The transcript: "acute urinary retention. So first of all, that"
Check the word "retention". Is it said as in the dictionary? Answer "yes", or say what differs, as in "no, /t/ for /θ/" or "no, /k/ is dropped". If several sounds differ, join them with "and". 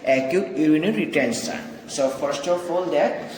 no, /s/ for /ʃ/